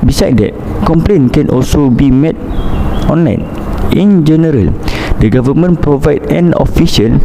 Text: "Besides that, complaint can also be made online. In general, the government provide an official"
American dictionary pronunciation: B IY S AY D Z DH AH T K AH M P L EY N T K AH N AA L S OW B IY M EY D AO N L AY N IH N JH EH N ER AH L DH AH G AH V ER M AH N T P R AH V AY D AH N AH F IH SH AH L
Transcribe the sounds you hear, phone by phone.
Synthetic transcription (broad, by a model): B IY S AY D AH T K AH M P L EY N K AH N AA L S OW B IY M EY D AO N L AY N IH N JH EH N ER AH L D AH G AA V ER M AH N P R AH V AY D AH N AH F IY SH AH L